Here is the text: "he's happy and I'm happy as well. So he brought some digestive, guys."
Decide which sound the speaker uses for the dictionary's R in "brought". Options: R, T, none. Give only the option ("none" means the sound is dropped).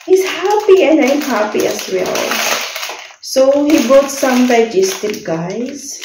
none